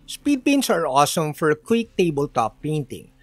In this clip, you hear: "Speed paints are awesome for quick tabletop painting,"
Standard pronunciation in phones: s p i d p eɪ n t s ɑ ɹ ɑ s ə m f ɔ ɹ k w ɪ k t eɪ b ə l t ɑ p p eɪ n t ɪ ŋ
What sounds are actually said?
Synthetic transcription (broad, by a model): s p i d p eɪ n t s ɑ ɹ ɑ s ə m f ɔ ɹ k w ɪ k t eɪ b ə l t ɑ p p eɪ n t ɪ ŋ